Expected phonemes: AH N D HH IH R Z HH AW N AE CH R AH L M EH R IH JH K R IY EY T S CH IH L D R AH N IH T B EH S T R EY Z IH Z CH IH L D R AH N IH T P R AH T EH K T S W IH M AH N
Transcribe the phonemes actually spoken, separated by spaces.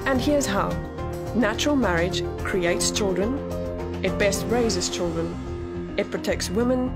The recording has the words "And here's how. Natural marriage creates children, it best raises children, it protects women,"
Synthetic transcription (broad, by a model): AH N HH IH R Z HH AW N AE CH R AH L M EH R IH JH K R IY EY T S CH IH L D R AH N IH T B EH S T R EY Z IH Z CH IH L D R AH N IH T P R AH T EH K T S W IH M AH N